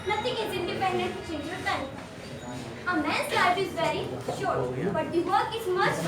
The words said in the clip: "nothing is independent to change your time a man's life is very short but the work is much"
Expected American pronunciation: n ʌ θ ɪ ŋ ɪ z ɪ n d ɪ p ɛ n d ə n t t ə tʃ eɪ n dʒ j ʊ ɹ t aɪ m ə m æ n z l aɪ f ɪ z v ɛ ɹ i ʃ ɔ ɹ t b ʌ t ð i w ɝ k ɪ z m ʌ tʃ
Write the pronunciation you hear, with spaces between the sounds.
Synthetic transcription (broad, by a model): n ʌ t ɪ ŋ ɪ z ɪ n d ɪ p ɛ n d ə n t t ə tʃ eɪ n dʒ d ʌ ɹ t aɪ ə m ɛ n s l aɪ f ɪ z v ɛ ɹ i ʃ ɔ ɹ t b ʌ t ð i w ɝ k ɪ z m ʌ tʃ